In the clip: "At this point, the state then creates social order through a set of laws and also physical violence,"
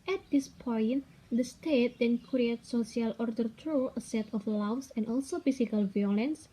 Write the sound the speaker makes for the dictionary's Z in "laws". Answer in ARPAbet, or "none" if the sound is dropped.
S